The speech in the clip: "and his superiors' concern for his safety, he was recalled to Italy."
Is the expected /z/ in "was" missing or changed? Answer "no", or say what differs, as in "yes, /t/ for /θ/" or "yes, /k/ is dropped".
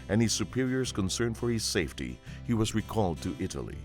no